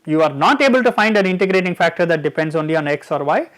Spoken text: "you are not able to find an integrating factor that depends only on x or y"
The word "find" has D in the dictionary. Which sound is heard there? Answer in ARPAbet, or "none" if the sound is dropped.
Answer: D